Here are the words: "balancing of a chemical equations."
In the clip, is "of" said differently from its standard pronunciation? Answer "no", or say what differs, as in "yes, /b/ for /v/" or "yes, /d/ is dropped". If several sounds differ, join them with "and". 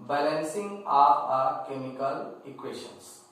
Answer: yes, /p/ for /v/